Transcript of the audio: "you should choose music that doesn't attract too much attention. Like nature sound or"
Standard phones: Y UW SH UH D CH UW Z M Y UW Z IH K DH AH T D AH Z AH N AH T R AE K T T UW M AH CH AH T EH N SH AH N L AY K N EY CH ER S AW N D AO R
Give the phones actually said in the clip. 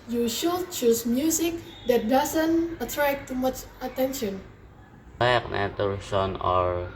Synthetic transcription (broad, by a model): Y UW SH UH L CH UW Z M Y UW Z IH K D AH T D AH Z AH N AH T R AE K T T UW M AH CH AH T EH N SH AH N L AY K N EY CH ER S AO N AO R